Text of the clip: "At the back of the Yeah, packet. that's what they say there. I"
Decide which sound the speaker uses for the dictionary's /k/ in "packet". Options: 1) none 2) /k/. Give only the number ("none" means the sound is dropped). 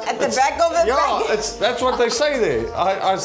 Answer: 1